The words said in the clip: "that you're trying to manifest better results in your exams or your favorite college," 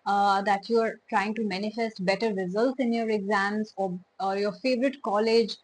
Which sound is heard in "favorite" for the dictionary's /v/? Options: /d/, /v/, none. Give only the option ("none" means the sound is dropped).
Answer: /v/